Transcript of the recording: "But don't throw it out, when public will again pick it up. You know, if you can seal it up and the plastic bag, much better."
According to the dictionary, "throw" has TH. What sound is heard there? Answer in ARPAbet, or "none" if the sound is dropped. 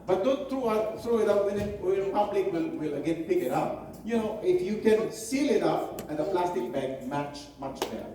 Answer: T